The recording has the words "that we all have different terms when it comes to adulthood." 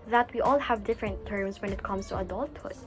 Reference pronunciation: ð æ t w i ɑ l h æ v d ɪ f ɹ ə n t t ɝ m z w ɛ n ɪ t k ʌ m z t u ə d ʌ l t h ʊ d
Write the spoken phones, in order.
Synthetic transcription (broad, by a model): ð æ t w i ɑ l h æ v d ɪ f ɹ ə n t t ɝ m s w ɛ n ɪ t k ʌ m s t u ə d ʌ l t h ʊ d